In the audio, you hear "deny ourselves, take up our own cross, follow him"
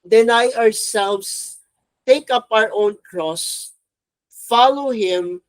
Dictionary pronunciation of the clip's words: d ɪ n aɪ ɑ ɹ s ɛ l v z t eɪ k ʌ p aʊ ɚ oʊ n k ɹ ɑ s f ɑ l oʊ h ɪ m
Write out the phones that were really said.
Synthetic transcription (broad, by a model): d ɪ n aɪ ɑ ɹ s ɛ l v s t eɪ k ʌ p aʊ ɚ oʊ n k ɹ ɑ s f ɑ l oʊ h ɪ m